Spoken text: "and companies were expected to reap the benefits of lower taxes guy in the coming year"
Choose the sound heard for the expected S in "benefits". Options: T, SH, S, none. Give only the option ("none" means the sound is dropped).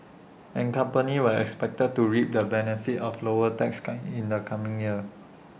none